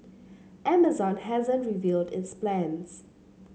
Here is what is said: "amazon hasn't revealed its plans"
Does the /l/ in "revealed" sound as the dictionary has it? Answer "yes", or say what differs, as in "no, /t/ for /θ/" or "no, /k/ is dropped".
yes